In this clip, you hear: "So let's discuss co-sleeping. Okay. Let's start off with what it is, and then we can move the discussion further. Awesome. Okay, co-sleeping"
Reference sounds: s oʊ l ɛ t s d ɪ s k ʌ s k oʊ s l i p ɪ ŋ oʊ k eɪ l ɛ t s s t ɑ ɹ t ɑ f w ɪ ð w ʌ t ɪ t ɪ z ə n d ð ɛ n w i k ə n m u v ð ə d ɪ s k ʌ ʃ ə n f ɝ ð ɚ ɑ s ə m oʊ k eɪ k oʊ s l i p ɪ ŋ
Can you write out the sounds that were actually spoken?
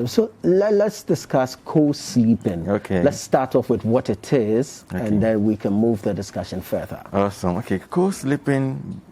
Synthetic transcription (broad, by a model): s oʊ l ɛ t s d ɪ s k ʌ s k oʊ s l i p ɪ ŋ oʊ k eɪ l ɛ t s s t ɑ ɹ t ɑ f w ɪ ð w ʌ t ɪ t ɪ z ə n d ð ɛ n w i k ə n m u v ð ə d ɪ s k ʌ ʃ ə n f ɝ ð ɚ ɑ s ə m oʊ k eɪ k oʊ s l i p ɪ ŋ